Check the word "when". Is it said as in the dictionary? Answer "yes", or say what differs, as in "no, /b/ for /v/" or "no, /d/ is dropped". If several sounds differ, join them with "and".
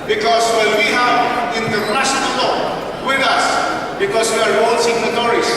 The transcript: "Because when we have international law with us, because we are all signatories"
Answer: no, /l/ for /n/